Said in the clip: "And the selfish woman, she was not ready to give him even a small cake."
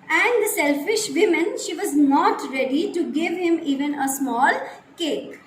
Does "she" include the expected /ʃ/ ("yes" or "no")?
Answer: yes